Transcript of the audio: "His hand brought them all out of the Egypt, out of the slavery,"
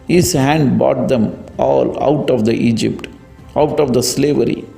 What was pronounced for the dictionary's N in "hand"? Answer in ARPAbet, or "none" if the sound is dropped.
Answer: N